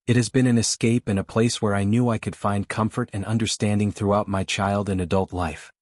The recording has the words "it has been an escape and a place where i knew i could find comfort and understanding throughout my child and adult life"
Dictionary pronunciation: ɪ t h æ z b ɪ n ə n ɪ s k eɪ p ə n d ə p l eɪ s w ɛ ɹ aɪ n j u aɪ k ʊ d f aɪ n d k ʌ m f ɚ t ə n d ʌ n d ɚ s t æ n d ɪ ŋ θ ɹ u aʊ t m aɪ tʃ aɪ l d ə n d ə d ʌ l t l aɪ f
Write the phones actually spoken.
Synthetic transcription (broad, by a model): ɪ t h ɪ z b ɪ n ə n ɪ s k eɪ p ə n ə p l eɪ s w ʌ ɹ aɪ n j u aɪ k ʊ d f aɪ n d k ʌ m f ɚ t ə n ʌ n d ɚ s t æ n d ɪ ŋ θ ɹ u aʊ t m aɪ tʃ aɪ l d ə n ə d ʌ l t l aɪ f